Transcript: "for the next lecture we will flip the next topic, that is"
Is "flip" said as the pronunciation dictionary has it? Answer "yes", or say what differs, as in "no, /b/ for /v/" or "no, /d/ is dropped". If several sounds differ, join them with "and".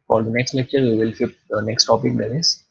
no, /l/ is dropped